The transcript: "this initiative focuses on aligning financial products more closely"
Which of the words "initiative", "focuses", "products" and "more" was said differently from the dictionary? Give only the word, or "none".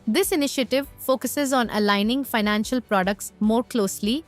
none